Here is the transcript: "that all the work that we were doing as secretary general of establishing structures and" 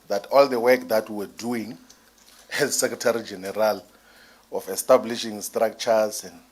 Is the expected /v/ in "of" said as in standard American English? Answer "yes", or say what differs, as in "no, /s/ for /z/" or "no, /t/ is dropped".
no, /f/ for /v/